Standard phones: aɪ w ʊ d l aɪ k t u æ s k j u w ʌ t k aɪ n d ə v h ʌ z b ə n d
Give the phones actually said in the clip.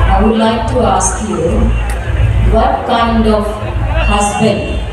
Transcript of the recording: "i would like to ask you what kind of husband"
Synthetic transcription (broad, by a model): aɪ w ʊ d l aɪ k t u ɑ s k j u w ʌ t k aɪ n d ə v h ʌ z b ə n